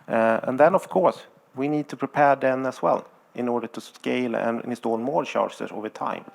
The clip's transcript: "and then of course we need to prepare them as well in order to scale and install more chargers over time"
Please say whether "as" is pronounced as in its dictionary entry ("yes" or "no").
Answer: no